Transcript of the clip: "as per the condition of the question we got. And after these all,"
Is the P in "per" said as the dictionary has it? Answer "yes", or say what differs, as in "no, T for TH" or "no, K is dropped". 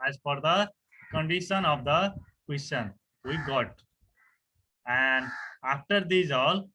no, F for P